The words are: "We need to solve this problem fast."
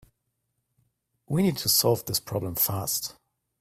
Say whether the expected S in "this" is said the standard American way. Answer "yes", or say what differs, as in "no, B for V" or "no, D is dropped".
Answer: yes